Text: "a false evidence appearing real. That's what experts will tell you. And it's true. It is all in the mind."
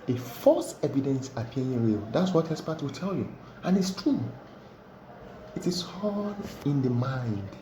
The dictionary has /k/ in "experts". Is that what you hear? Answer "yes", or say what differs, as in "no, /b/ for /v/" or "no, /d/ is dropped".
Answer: no, /k/ is dropped